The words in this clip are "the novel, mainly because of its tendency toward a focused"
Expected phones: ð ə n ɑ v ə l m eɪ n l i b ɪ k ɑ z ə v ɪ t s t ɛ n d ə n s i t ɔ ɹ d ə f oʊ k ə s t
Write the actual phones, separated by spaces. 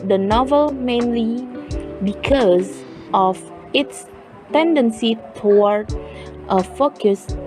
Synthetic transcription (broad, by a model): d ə n ɑ v ə l m eɪ n l i b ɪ k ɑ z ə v ɪ t s t ɛ n d ə n s i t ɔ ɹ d ə f oʊ k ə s